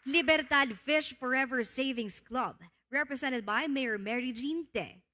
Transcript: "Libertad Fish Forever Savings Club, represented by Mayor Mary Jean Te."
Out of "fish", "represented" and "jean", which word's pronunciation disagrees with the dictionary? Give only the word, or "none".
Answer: represented